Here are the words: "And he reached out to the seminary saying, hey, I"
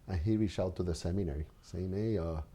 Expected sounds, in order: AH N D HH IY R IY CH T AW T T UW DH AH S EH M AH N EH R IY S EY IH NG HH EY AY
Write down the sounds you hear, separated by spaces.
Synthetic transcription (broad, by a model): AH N HH IY R IY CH AW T T UW DH AH S EH M AH N EH R IY S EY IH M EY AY